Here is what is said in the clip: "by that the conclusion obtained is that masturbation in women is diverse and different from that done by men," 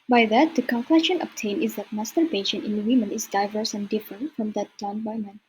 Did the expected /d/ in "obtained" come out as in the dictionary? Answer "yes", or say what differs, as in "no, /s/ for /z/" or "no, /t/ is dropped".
no, /d/ is dropped